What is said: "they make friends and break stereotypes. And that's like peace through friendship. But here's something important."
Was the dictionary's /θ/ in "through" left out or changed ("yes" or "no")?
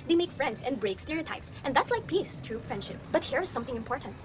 yes